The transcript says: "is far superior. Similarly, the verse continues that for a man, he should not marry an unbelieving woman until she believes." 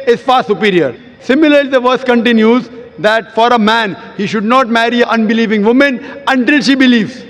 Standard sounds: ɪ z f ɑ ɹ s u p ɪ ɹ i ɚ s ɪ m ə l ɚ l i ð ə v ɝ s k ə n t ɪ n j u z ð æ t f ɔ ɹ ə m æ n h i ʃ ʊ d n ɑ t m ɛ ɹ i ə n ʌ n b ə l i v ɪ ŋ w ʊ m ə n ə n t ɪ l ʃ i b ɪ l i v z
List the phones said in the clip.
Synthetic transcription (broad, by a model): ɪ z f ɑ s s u p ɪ ɹ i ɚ s ɪ m ə l ɚ l i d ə v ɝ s k ə n t ɪ n j u z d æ t f ɔ ɹ ə m æ n h i ʃ ʊ d n ɑ t m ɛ ɹ i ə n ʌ n b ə l i v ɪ ŋ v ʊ m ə n ə n t ɪ l ʃ i b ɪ l i v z